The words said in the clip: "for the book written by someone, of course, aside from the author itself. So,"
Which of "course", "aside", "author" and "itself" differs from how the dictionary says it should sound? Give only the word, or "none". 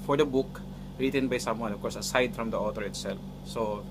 author